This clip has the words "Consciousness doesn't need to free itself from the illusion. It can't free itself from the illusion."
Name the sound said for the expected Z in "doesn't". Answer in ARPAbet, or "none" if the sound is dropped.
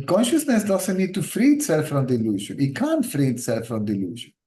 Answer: S